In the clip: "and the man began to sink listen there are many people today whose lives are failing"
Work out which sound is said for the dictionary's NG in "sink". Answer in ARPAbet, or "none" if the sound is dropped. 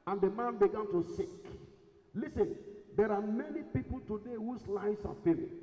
none